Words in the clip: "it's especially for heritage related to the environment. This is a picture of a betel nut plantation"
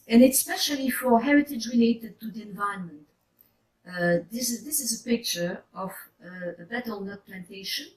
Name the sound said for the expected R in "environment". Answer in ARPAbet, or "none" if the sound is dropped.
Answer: none